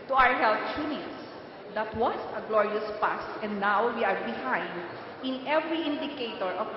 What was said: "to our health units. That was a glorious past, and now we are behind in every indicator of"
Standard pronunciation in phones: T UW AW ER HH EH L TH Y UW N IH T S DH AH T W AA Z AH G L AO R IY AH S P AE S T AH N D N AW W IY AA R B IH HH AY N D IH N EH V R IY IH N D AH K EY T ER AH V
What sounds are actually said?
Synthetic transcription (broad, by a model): T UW AW ER HH EH L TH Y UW N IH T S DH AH T W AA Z AH G L AO R IY AH S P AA S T AH N D N AW W IY AA R B IH HH AY N D IH N EH V R IY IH N D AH K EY T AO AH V